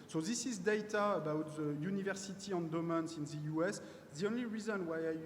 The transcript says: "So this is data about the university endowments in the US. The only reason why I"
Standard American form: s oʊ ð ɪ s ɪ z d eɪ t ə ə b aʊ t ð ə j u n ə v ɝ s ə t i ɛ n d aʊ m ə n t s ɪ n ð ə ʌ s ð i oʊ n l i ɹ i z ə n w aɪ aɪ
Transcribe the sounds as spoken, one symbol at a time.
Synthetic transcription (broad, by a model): s oʊ ð ɪ s ɪ z d eɪ t ə ə b aʊ t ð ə j u n ə v ɝ s ə t i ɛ n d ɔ m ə n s ɪ n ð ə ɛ s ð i oʊ n l i ɹ i z ə n w aɪ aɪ